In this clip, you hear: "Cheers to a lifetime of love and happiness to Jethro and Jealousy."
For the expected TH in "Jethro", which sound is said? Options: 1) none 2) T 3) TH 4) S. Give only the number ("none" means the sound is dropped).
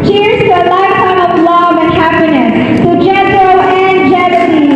2